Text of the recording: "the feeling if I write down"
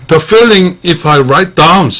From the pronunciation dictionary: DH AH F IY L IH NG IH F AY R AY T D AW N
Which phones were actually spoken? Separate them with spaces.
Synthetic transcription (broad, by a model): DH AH F IY L IH NG IH F AY R AY T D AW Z